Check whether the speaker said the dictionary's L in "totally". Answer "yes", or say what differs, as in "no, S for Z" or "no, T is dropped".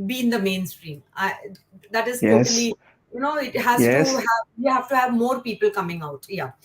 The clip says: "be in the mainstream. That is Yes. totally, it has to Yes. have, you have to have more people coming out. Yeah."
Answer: no, N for L